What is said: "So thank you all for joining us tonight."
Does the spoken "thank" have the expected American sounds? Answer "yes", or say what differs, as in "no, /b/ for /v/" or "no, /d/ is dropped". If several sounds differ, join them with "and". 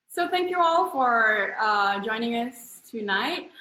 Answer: yes